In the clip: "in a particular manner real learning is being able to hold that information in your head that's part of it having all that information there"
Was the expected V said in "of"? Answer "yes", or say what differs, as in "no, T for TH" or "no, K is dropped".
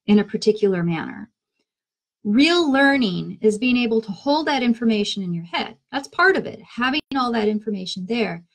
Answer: yes